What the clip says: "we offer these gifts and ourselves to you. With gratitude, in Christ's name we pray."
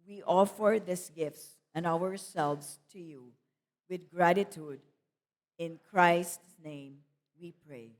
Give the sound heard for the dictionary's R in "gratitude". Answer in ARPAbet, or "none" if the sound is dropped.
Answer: R